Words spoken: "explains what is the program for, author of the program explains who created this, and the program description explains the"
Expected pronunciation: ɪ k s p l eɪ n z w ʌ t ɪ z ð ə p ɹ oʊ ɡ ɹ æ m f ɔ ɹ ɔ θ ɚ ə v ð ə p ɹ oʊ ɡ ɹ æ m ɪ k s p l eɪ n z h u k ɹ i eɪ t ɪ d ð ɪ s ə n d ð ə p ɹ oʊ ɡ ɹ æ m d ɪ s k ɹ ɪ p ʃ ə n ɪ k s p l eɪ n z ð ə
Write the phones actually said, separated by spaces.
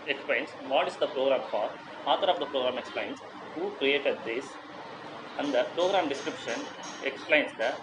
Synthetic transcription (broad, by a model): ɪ k s p l eɪ n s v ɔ t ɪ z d ə p ɹ oʊ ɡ ɹ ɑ m f ɔ ɹ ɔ t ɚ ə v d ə p ɹ oʊ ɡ ɹ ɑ m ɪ k s p l eɪ n s h u k ɹ i eɪ t ɪ d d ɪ s ə n d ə p ɹ oʊ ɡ ɹ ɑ m d ɪ s k ɹ ɪ p ʃ ə n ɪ k s p l eɪ n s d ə